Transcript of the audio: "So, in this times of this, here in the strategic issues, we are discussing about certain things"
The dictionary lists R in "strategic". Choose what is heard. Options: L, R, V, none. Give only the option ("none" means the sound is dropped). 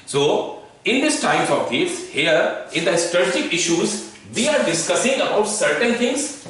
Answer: none